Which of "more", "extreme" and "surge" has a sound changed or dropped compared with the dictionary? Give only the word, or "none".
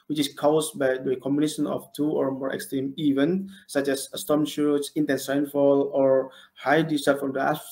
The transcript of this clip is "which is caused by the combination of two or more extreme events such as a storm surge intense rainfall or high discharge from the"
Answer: surge